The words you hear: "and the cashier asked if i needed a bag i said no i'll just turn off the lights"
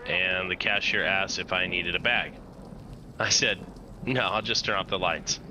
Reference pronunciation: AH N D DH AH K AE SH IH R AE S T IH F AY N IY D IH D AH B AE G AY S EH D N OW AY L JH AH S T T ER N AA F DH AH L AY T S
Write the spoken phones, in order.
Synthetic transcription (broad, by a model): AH N DH AH K AE SH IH R AE S T IH F AY N IY D IH D AH B AE G AY S EH D N OW AY L JH AH S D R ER AA P DH AH L AY T S